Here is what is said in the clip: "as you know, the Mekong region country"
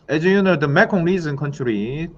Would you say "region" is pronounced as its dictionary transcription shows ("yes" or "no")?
no